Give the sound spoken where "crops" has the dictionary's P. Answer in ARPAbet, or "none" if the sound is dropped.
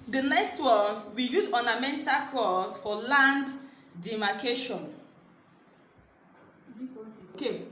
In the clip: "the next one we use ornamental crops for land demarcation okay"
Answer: none